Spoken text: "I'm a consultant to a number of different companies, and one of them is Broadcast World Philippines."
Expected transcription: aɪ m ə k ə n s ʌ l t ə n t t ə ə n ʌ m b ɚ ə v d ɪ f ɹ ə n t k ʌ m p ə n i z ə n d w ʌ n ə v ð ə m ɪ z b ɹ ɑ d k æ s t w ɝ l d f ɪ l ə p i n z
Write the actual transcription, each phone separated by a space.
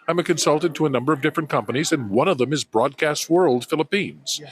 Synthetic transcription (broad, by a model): aɪ m ə k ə n s ʌ l t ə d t t ə ə n ʌ m b ɚ ə v d ɪ f ɹ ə n k ʌ m p ə n i z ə n w ʌ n ə v ð ə m ɪ z b ɹ ɑ d k æ s t w ɝ l d f ɪ l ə p i n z